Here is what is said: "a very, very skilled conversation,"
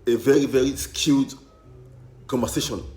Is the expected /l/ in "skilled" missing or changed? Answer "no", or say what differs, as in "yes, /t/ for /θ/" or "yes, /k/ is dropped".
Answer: yes, /l/ is dropped